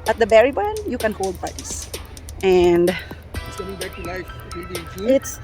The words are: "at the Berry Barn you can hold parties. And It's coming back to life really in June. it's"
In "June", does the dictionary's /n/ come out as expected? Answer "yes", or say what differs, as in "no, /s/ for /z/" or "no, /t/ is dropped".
no, /n/ is dropped